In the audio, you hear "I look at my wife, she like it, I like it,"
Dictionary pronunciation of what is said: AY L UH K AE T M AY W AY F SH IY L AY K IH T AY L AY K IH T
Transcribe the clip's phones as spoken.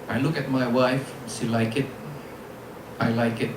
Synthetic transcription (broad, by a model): AY L UH K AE T M AY W AY F S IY L AY K IH T AY L AY K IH T